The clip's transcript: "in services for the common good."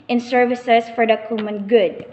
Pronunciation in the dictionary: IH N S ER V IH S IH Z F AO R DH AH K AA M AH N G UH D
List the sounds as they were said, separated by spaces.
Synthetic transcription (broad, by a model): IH N S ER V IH S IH S F AO R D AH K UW M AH N G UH D